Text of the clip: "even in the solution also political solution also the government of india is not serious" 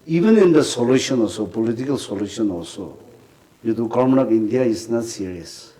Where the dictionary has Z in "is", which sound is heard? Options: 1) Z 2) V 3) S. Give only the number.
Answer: 3